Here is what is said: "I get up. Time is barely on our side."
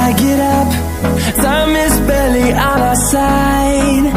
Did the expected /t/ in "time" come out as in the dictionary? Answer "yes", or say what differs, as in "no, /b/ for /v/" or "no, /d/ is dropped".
no, /s/ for /t/